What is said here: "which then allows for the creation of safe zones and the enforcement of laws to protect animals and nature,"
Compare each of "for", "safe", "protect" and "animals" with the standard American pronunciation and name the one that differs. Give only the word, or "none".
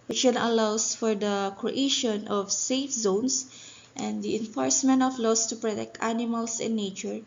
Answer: animals